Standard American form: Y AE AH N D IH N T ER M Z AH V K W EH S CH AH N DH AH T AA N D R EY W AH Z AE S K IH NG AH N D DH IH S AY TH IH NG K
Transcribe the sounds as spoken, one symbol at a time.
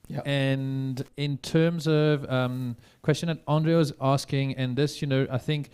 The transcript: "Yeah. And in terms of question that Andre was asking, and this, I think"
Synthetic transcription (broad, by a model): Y AH N D IH N T ER M Z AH V K W EH S CH AH N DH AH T AA N D R EY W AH Z AE S K IH NG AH N DH IH S AY TH IH NG K